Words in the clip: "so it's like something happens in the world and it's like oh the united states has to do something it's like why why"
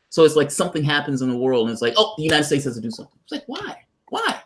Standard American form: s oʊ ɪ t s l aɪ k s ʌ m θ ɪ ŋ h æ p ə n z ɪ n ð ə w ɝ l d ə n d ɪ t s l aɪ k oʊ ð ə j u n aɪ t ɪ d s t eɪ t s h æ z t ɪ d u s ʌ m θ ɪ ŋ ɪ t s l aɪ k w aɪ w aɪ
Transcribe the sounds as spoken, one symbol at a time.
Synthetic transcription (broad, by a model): s oʊ ɪ t s l aɪ k s ʌ m θ ɪ ŋ h æ p ə n z ɪ n ð ə w ɝ l d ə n ɪ t s l aɪ k oʊ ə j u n aɪ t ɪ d s t eɪ t s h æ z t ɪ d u s ʌ m θ ɪ ŋ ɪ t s l aɪ k w aɪ w aɪ